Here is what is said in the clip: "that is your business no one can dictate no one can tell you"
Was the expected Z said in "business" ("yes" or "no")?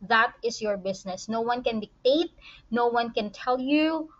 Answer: no